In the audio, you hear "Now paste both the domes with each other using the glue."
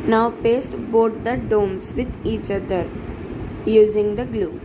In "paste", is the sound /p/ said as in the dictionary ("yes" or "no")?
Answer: yes